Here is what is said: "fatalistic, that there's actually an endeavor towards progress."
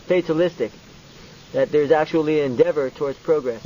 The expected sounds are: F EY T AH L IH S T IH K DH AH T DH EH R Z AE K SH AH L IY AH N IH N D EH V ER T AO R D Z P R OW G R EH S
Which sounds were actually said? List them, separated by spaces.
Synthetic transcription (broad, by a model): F EY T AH L IH S T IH K DH AH T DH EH R Z AE K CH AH L IY IH N D EH V ER T AO R D Z P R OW G R EH S